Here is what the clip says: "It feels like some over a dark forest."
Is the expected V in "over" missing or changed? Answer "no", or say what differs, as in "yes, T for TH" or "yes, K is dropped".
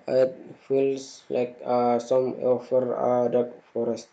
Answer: yes, F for V